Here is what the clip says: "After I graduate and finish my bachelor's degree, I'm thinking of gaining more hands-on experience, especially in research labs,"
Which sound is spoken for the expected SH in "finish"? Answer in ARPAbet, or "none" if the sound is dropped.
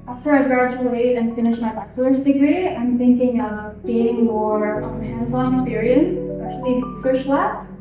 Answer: SH